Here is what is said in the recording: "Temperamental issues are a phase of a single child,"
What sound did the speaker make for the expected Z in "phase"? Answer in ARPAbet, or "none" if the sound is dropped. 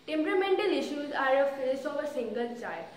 S